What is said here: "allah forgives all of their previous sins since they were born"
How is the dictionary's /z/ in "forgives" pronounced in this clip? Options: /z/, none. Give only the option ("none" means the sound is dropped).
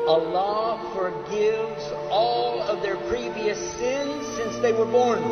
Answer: /z/